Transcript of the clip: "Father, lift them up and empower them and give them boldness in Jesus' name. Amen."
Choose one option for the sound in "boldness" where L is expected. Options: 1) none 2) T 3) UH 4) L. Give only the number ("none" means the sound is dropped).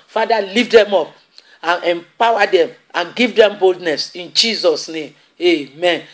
4